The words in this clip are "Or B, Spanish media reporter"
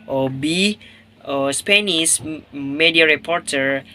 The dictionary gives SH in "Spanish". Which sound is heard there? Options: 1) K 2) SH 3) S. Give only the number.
3